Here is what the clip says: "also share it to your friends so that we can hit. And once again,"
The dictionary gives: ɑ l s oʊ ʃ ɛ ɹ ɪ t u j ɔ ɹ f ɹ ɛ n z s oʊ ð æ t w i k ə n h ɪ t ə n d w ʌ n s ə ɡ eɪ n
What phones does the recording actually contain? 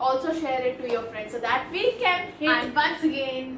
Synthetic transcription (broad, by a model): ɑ l s oʊ ʃ ɛ ɹ ɪ t u j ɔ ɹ f ɹ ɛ n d s oʊ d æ t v i k ə n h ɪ ə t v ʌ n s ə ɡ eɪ n